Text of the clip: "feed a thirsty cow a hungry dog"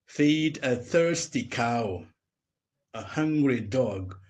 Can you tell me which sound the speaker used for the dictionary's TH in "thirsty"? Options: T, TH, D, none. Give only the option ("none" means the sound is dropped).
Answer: TH